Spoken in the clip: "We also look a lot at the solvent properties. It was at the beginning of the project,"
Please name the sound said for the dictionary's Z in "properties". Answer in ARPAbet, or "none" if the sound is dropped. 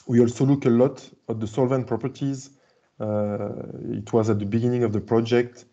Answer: Z